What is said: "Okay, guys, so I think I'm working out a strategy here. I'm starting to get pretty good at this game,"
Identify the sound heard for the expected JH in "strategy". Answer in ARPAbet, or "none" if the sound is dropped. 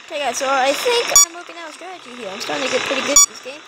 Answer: CH